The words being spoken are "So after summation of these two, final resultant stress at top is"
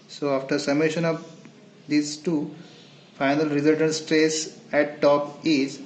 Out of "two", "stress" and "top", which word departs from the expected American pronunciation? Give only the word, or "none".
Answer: none